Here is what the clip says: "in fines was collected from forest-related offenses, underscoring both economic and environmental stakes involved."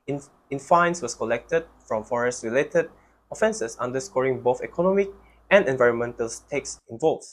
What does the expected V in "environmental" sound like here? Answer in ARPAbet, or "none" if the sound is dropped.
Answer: V